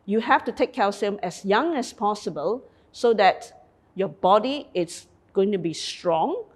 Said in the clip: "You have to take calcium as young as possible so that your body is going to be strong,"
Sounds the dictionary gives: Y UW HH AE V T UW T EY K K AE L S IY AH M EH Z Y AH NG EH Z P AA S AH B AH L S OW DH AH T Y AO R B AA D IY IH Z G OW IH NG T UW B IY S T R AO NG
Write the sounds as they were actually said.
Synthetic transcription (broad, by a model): Y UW HH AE F T UW T EY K K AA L S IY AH M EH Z Y AH NG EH S P AA S AH B AH L S OW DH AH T Y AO B AA D IY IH S G OW IH NG T UW B IY S T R AO NG